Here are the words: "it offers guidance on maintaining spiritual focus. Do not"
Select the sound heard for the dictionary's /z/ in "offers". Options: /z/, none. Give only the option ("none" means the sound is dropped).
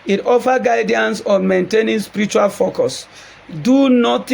none